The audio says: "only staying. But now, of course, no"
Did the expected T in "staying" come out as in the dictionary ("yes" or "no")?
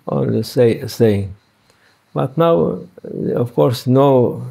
no